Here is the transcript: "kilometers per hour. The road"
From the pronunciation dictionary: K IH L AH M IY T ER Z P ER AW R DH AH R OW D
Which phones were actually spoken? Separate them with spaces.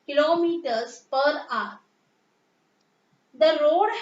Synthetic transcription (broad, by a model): K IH L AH M IY T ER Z P ER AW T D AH R OW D